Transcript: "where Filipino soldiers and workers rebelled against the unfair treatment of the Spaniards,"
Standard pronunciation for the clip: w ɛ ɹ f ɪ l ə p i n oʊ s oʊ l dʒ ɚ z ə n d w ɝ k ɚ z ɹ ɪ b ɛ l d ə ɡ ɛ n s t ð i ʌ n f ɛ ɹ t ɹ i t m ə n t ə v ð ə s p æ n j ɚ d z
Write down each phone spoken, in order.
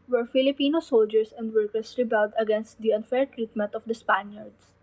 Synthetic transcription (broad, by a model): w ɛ ɹ f ɪ l ə p i n oʊ s oʊ l dʒ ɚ s ə n d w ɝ k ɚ s ɹ ɪ b ɛ l d ə ɡ ɛ n s t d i ʌ n f ɛ ɹ t ɹ i t m ə n t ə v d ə s p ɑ n j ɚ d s